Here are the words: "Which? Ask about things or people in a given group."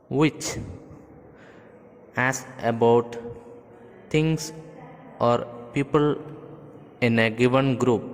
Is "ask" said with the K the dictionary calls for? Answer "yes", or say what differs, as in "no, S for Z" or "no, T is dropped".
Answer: no, K is dropped